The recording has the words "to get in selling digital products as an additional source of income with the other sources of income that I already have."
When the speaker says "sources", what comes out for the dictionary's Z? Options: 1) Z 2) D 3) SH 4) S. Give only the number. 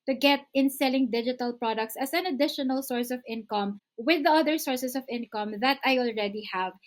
4